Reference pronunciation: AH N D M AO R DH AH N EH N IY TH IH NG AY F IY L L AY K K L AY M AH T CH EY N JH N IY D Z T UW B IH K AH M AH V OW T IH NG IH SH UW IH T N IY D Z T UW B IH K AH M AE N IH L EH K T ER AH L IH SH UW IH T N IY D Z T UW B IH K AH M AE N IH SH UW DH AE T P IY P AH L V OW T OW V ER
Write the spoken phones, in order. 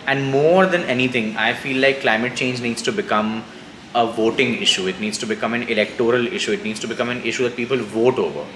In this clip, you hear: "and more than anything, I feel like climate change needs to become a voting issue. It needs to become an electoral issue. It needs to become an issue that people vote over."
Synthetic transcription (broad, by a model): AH N D M AO R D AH N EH N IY T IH NG AY F IY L L AY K K L AY M AH T CH EY N JH N IY D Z T UW B IH K AH M AH V OW T IH NG IH SH UW IH T N IY D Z T UW B IH K AH M AE N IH L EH K T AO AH L IH SH UW IH T N IY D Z T UW B IH K AH M AE N IH SH UW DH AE T P IY P AH L V OW T OW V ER